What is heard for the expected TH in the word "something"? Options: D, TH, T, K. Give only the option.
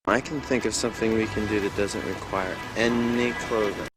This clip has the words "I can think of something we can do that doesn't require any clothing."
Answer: TH